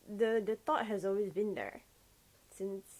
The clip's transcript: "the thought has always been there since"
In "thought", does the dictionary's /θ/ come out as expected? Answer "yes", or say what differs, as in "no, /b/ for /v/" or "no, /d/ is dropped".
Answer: no, /t/ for /θ/